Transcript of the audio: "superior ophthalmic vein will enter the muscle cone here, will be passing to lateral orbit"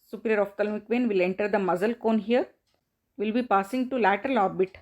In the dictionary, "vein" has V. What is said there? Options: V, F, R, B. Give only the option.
V